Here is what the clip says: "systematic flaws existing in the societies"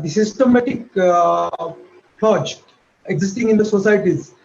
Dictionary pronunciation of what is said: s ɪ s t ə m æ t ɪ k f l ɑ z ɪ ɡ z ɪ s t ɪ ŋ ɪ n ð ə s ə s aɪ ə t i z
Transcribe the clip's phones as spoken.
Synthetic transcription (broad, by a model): s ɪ s t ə m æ t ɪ k p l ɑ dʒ ɪ ɡ z ɪ s t ɪ ŋ ɪ n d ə s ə s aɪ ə t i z